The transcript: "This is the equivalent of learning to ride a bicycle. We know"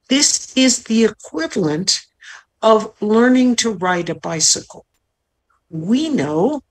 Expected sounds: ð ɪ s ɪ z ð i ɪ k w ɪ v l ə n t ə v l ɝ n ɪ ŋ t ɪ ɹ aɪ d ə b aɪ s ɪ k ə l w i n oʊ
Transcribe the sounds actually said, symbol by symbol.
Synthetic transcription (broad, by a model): ð ɪ s ɪ z ð i ɪ k w ɪ v l ə n t ə v l ɝ n ɪ ŋ t ɪ ɹ aɪ d ə b aɪ s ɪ k l w i n oʊ